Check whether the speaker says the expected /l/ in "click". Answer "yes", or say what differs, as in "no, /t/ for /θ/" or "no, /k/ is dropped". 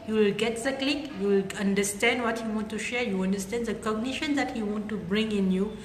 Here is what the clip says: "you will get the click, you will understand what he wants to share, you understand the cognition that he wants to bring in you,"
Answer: yes